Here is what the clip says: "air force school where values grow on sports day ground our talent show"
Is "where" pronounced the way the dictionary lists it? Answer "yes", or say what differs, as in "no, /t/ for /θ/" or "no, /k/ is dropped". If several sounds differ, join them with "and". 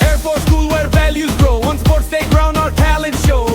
yes